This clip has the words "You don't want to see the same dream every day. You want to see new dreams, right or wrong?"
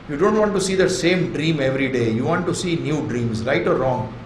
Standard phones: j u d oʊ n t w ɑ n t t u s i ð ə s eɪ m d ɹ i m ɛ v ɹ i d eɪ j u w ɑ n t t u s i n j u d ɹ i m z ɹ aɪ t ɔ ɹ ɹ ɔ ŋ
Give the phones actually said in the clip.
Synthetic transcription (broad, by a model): j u d oʊ n t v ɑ n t t u s i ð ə s eɪ m d ɹ i m ɛ v ɹ i d eɪ j u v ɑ n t t u s i n j u d ɹ i m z ɹ aɪ t ɔ ɹ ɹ ɔ ŋ